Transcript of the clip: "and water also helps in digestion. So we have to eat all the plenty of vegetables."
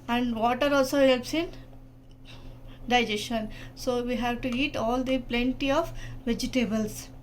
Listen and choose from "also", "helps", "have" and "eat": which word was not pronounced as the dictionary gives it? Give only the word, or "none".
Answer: none